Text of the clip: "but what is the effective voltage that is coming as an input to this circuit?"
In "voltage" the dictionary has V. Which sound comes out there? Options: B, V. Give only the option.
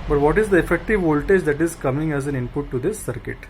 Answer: V